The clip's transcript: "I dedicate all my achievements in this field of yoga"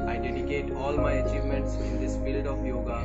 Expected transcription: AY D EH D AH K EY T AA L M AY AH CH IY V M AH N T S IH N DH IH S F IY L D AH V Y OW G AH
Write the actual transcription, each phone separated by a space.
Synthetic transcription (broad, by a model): AY D EH D AH K EY T AA L M AY AH CH IY V M AH N T S IH N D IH S F IY L D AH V Y OW G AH